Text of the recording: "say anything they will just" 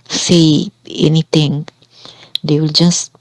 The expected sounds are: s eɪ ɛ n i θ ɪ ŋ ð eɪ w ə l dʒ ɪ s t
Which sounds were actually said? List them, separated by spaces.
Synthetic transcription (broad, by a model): s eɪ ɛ n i t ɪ ŋ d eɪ w ə l dʒ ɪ s